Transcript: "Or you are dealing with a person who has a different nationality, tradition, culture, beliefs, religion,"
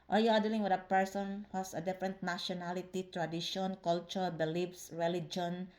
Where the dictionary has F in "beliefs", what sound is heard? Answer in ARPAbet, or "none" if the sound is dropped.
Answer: P